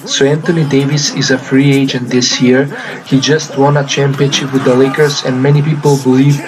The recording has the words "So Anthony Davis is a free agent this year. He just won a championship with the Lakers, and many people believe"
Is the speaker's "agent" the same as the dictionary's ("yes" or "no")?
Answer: yes